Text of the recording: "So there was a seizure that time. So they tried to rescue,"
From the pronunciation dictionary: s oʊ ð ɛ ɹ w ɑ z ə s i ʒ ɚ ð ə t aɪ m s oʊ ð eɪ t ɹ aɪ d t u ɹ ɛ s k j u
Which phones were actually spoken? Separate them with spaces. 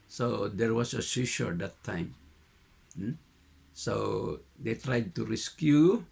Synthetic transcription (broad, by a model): s oʊ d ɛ ɹ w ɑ s ə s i ʃ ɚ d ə t aɪ m s oʊ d eɪ t ɹ aɪ d t u ɹ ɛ s k j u